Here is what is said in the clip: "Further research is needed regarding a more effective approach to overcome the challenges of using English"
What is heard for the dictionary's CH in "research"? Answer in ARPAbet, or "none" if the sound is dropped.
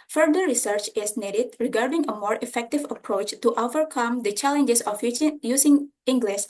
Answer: CH